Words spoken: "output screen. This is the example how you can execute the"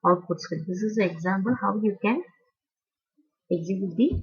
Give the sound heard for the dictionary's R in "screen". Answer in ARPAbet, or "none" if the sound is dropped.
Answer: none